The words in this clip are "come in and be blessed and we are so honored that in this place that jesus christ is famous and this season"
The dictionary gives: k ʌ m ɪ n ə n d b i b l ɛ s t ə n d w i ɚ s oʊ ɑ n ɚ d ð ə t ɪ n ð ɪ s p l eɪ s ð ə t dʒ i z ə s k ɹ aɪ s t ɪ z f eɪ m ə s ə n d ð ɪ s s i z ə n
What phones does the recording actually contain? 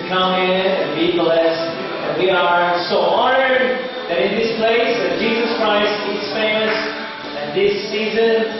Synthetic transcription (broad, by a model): k ʌ m ɪ n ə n b i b l ɛ s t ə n w i ɚ s oʊ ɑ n ɚ d ð ə t ɪ n ð ɪ s p l eɪ s ð ə t dʒ i z ə s k ɹ aɪ s t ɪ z f eɪ m ə s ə n ð ɪ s s i z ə n